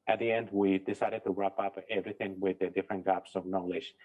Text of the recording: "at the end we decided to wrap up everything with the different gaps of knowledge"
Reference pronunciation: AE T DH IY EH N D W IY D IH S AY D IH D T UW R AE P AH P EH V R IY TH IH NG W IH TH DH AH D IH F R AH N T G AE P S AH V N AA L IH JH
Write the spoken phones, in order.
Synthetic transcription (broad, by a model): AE T DH IY EH N D W IY D IH S AY D IH D T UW R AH P AH P EH V R IY TH IH NG W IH DH AH D IH F R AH N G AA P S AH V N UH L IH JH